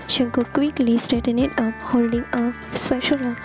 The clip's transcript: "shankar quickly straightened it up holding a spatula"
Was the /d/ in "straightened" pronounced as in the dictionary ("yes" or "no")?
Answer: no